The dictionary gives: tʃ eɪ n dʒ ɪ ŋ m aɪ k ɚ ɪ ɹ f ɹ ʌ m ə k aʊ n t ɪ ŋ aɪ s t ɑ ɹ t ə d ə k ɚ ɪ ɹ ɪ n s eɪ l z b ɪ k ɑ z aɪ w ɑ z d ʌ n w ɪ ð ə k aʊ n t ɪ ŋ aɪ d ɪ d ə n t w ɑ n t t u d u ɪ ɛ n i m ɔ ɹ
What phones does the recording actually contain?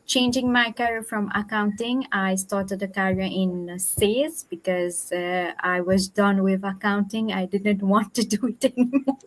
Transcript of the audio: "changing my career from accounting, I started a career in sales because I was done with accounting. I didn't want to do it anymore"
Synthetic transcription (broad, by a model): tʃ eɪ n dʒ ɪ ŋ m aɪ k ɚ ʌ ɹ f ɹ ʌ m ə k aʊ n t ɪ ŋ aɪ s t ɑ ɹ t ə d ə k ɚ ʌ ɹ ɪ n s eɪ z b ɪ k ɑ z aɪ w ɑ z d ʌ n w ɪ ð ə k aʊ n t ɪ ŋ aɪ d ɪ d ə n t w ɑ n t t u d u ɪ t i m